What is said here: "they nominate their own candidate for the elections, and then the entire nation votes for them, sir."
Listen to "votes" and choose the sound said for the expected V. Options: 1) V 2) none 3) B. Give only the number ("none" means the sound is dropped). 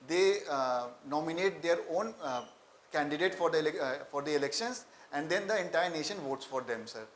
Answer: 1